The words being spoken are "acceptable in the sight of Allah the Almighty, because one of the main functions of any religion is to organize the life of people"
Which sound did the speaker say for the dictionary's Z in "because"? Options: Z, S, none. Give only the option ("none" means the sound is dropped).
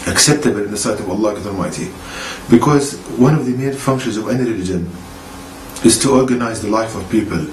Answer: Z